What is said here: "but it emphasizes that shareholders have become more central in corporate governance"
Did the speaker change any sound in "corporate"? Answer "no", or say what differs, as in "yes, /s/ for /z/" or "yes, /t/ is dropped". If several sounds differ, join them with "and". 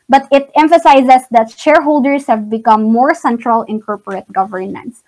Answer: no